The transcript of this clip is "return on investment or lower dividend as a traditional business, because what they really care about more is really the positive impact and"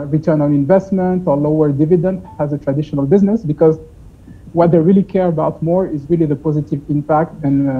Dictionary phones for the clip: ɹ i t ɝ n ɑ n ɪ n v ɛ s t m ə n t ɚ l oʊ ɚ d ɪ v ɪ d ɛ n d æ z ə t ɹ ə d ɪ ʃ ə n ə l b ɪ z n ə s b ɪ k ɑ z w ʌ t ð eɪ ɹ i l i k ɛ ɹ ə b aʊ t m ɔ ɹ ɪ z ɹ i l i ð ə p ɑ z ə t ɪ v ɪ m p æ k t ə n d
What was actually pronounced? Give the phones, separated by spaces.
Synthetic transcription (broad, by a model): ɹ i t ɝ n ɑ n ɪ n v ɛ s t m ə n t ɚ l oʊ ɚ d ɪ v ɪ d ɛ n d æ z ə t ɹ ə d ɪ ʃ ə n ə l b ɪ z n ə s b ɪ k ɑ z w ʌ t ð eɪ ɹ i l i k ɛ ɹ ə b aʊ t m ɔ ɹ ɪ z ɹ i l i ð ə p ɑ z ə t ɪ v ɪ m p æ k t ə n